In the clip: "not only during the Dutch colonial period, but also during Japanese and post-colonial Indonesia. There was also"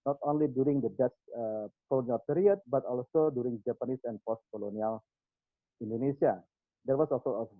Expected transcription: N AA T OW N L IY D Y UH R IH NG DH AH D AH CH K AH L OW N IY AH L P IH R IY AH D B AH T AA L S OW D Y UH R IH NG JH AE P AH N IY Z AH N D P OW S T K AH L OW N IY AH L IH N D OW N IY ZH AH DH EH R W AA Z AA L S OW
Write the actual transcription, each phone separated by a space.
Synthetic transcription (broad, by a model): N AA T OW N L IY D Y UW R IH NG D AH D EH S K AH L OW N IY AH L P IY R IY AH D B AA T AA L S OW D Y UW R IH NG JH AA P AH N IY S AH N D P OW S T K AH L OW N IY AH L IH N D OW N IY S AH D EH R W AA S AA L S OW